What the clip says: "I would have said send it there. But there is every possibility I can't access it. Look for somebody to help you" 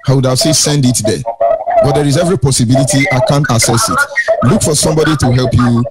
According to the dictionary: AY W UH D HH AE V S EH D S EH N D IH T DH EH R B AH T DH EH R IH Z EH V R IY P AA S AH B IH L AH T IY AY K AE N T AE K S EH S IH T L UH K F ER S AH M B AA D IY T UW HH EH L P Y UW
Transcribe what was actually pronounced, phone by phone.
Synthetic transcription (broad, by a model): AY W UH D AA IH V S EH S EH N D IH T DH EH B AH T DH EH R IH Z EH V R IY P AA S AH B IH L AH T IY AY K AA N T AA S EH S IH T L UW K F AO S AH M B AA D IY T UW HH EH L P Y UW